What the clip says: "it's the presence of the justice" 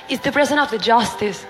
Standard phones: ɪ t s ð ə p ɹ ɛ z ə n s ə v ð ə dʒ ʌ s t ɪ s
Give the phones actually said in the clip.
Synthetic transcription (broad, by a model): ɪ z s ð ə p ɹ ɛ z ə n ə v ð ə dʒ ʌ s t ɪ s